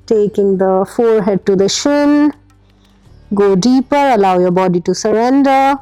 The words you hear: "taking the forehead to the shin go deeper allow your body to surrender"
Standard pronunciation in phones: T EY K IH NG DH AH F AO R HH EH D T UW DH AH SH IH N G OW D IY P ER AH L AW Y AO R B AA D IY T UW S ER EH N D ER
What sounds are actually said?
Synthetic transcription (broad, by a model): T EY K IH NG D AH F AO R HH EH D T UW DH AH SH IH N G OW D IY P ER AH L AW Y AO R B AA D IY T UW S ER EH N D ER